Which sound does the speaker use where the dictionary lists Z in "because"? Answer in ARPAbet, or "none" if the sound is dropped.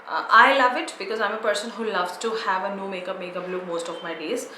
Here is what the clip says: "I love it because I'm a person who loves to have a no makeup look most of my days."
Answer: Z